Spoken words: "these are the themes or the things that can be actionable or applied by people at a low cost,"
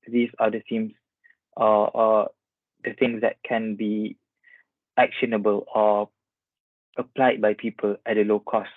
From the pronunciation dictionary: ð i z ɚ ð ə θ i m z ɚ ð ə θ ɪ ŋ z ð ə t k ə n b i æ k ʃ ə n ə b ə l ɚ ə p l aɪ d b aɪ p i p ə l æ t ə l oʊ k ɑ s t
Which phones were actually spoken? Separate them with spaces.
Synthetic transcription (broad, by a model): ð i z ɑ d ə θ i m s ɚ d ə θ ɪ ŋ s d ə t k ə n b i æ k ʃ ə n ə b ə l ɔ ə p l aɪ d b aɪ p i p ə l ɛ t ə l oʊ k ɑ s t